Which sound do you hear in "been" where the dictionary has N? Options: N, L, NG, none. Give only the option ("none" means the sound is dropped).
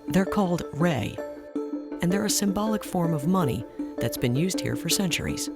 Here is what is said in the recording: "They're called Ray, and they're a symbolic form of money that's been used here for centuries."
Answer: N